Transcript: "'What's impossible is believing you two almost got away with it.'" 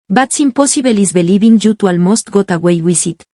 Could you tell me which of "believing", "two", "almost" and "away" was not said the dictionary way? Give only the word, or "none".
believing